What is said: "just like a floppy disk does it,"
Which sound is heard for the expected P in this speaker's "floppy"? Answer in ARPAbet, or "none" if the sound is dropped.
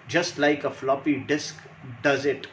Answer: P